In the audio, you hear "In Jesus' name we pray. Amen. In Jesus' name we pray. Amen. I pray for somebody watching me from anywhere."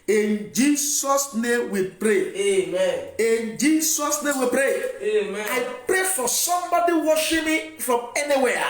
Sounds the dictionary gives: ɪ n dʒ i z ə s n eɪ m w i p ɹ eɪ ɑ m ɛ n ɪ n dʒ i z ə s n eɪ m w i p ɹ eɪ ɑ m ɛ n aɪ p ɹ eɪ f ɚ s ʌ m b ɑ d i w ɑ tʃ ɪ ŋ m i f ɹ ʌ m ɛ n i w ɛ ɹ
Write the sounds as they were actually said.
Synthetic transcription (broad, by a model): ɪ n dʒ i s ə s n eɪ m w i p ɹ eɪ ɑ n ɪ n dʒ i s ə s n eɪ m w i p ɹ eɪ ɑ ɪ p ɹ eɪ f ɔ s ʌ m b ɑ d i w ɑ ʃ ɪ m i f ɹ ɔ m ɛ n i w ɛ